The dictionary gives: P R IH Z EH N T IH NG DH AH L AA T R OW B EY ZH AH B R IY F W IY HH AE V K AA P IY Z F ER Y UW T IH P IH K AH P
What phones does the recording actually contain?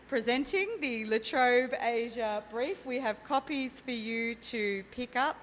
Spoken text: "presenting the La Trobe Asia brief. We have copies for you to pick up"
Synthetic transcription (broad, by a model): P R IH Z EH N T IH NG DH AH L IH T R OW B EY ZH AH B R IY F W IY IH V K AA P IY Z F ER Y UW T IH P IH K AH P